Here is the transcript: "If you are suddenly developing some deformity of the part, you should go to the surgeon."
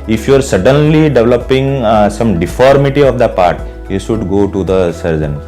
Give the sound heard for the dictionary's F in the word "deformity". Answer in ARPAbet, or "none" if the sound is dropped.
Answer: F